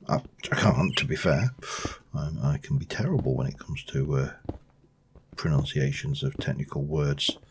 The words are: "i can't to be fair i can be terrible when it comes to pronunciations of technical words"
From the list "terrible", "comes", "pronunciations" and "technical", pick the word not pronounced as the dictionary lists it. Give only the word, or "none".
none